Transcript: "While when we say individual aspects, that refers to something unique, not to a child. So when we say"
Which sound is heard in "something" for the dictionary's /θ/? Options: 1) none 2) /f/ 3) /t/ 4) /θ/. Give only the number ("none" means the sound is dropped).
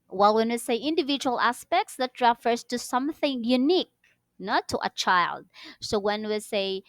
4